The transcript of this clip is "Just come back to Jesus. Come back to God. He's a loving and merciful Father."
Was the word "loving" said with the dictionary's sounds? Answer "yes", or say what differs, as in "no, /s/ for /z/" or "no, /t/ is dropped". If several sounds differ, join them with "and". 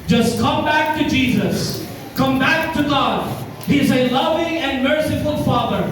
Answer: yes